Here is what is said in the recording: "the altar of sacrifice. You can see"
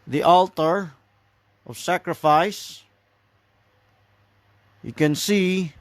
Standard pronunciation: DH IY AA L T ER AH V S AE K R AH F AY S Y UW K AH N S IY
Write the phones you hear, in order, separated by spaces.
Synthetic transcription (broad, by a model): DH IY AA L T ER AH V S AE K R AH F AY S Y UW K AH N S IY